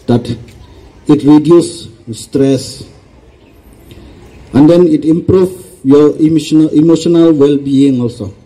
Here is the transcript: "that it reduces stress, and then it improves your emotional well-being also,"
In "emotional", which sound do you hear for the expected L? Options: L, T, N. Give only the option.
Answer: L